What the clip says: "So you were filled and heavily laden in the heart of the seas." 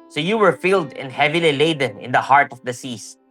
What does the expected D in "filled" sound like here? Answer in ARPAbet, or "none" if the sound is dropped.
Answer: D